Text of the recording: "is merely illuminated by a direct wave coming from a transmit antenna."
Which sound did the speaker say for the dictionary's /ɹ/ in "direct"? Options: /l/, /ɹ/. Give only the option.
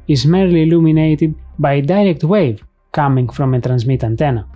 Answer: /ɹ/